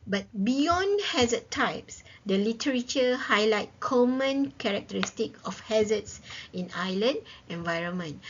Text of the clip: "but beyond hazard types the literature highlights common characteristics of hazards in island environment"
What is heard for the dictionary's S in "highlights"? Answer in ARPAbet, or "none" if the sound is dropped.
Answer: none